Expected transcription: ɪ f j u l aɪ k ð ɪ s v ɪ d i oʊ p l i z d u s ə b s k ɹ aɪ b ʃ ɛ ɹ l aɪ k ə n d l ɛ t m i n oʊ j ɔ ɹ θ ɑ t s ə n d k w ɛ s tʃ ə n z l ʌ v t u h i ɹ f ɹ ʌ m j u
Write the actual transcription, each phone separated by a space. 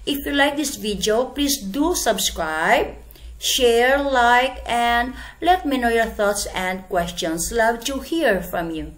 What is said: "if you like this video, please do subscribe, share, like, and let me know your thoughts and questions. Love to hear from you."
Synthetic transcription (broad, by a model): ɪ f j u l aɪ k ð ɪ s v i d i oʊ p l i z d u s ə b s k ɹ aɪ b ʃ ɛ ɹ l aɪ k ə n d l ɛ t m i n oʊ j ɔ ɹ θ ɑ t s ə n d k w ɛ s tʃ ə n s l ʌ v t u h i ɹ f ɹ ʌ m j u